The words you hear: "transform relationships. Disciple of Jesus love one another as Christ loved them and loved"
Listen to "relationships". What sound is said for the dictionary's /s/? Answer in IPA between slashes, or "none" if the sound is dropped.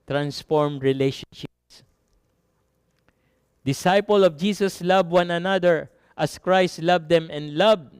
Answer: /s/